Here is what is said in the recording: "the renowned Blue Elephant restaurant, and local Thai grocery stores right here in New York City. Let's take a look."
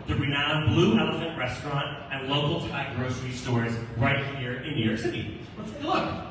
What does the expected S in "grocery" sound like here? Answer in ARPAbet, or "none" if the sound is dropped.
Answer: S